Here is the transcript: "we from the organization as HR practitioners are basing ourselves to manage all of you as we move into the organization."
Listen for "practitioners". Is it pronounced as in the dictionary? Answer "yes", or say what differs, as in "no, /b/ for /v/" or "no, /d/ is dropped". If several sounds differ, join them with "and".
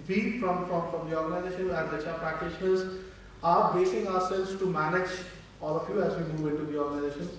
yes